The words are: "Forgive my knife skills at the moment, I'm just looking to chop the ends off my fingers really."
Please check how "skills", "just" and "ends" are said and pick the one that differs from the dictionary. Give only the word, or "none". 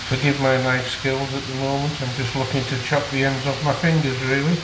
none